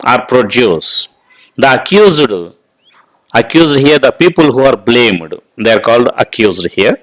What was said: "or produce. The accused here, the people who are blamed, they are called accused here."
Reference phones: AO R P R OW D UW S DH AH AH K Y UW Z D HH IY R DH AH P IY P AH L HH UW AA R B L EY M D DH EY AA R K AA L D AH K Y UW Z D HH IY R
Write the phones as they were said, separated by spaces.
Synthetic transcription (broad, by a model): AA R P R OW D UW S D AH AH K Y UW Z D HH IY R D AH P IY P AH L HH UW AA R B L EY M D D EY AA R K AA L D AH K Y UW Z D HH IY R